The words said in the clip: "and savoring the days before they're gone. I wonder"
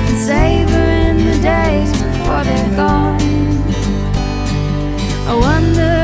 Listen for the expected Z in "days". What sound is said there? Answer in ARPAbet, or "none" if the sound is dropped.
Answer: Z